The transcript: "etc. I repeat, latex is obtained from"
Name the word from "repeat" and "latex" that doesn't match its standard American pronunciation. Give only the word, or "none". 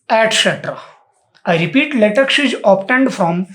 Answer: latex